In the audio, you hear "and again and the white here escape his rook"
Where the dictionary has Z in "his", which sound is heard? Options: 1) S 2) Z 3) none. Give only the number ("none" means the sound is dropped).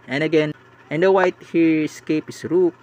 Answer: 1